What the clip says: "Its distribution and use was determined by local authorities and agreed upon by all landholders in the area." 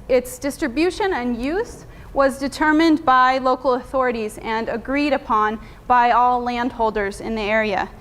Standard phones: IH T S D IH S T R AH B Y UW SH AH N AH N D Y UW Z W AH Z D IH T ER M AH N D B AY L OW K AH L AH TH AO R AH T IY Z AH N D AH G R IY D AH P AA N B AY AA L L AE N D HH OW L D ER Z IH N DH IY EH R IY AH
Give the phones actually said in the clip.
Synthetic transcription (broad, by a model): IH T S D IH S T R AH B Y UW SH AH N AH N Y UW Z W AH Z D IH T ER M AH N B AY L OW K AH L AH TH AO R AH T IY Z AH N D AH G R IY D AH P AA N B AY AA L L AE N D HH OW L D ER Z IH N DH IY EH R IY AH